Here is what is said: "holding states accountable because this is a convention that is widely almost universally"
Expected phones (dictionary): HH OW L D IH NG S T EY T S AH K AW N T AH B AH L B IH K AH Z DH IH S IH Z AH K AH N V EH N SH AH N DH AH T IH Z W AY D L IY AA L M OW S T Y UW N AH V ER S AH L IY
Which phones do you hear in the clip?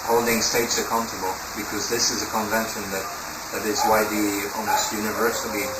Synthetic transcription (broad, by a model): HH OW L D IH NG S T EY T S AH K AW N T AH B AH L B IH K AH Z DH IH S IH Z AH K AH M V EH N SH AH N DH AH T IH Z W AY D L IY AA M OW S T Y UW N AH V ER S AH L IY